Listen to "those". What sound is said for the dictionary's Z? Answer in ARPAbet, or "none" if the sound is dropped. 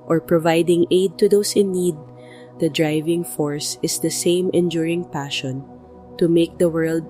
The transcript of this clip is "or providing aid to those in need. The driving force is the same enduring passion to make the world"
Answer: S